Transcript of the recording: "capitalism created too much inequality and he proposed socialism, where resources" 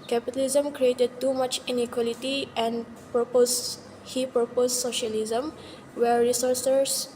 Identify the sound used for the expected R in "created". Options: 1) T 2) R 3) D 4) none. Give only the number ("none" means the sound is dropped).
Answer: 2